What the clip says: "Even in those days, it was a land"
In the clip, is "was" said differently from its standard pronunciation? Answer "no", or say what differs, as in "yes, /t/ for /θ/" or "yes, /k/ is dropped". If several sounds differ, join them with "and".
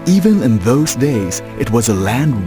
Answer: no